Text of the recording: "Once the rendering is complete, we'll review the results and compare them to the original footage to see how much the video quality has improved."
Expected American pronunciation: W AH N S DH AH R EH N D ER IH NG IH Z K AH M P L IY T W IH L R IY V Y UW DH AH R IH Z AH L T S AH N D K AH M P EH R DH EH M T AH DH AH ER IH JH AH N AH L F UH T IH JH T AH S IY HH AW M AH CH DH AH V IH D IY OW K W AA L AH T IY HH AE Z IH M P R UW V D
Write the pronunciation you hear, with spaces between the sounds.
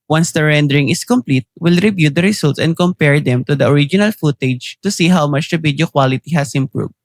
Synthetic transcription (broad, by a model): W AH N S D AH R EH N D ER IH NG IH S K AH M P L IY T W IH L R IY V Y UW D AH R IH S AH L T S AH N D K AH M P EH R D EH M T AH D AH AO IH JH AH N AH L F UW T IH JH T AH S IY HH AW M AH CH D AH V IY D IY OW K W AA L AH T IY HH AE S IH M P R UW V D